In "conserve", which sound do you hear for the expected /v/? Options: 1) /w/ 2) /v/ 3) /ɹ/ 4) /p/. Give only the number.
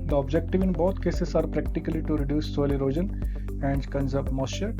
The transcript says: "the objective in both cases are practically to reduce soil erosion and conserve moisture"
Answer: 4